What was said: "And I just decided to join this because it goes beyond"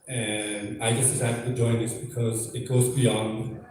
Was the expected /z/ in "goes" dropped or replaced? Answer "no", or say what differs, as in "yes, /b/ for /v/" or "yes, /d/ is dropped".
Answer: no